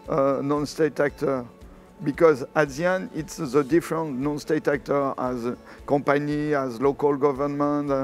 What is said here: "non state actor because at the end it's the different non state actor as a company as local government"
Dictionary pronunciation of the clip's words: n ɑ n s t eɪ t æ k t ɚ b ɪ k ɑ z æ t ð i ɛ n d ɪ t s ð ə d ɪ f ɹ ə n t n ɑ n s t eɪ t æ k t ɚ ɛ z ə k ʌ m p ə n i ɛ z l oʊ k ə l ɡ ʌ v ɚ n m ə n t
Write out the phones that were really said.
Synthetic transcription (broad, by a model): n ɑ n s t eɪ t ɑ k t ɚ b ɪ k ɑ z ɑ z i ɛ n ɪ t s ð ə d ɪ f ɹ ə n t n ɑ n s t eɪ t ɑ k t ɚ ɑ z k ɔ p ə n i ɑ z l oʊ k ə l ɡ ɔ v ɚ n m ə n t